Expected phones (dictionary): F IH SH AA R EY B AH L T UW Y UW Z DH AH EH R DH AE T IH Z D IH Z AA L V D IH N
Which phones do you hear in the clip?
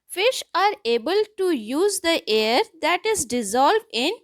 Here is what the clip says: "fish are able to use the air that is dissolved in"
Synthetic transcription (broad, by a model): F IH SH AA R EY B AH L T UW Y UW Z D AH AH R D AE T IH Z D IH Z AA L V D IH N